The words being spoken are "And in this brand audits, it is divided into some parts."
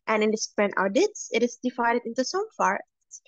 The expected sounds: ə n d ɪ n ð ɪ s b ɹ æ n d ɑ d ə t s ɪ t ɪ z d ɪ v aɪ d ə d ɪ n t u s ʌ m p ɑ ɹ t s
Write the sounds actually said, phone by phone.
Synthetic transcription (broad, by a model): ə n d ɪ n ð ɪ s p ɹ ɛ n ɑ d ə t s ɪ t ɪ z d ɪ v aɪ d ə d ɪ n t u s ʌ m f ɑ ɹ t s